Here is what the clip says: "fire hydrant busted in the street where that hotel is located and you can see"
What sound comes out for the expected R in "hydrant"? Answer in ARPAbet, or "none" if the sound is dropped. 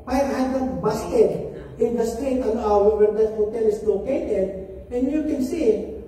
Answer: none